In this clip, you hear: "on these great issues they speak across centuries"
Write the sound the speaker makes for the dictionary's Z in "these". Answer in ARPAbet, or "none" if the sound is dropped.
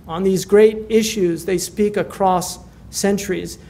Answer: Z